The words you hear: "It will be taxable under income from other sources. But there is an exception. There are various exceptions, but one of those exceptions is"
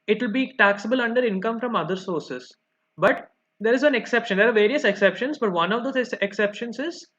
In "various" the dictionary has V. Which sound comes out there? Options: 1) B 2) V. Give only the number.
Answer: 2